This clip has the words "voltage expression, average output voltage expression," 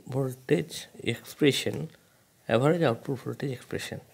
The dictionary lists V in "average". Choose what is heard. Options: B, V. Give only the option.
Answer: B